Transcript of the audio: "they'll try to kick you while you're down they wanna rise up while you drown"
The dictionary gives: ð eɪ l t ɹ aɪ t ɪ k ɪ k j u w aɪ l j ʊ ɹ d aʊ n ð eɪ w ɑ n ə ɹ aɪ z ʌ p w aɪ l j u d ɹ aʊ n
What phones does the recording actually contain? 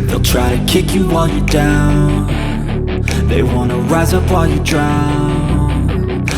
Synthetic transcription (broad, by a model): ð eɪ l t ɹ aɪ t ɪ k ɪ k j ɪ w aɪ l j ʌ ɹ d aʊ n ð eɪ w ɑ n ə ɹ aɪ z ʌ p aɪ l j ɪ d ɹ aʊ n